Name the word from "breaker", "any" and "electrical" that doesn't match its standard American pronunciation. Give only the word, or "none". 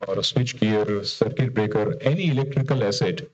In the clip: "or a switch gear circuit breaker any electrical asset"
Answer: none